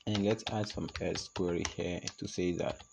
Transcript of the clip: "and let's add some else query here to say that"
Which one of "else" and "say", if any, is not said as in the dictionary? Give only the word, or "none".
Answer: else